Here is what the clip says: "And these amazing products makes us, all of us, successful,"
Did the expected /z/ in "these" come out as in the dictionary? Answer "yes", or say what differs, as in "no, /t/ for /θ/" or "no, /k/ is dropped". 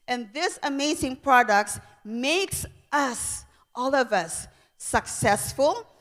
no, /s/ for /z/